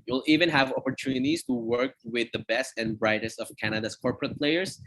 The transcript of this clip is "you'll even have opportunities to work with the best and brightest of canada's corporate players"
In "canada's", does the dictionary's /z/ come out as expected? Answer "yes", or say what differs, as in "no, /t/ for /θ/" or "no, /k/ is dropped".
no, /s/ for /z/